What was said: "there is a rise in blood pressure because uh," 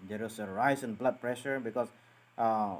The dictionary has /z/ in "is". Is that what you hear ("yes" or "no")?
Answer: no